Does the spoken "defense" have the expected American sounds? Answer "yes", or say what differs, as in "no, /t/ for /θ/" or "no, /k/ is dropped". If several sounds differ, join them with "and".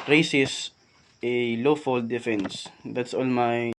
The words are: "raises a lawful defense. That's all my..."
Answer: yes